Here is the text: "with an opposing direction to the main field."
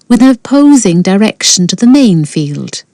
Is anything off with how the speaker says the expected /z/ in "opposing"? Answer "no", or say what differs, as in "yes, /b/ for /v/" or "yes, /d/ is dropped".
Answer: no